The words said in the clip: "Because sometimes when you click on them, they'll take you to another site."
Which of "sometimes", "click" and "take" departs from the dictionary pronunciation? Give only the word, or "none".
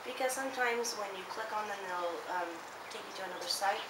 none